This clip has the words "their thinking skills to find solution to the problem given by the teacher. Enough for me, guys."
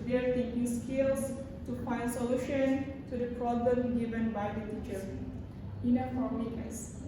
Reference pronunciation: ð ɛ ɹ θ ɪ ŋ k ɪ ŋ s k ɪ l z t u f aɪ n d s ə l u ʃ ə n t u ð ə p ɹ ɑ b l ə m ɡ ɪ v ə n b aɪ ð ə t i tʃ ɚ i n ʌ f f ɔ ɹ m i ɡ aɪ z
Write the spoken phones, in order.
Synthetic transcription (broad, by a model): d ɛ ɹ t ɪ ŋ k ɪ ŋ s k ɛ l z t u f aɪ n d s ə l u ʃ ə n t u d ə p ɹ ɑ b l ə m ɡ ɪ v ə n b aɪ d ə t i tʃ ɚ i n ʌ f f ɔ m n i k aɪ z